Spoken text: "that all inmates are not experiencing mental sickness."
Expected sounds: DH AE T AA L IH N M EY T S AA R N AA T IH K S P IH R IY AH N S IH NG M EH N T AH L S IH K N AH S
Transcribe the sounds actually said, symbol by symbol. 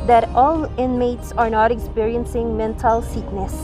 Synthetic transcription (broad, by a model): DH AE T AA L IH N M EY T S AA R N AA T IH K S P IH R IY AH N S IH NG M EH N T AH L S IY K N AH S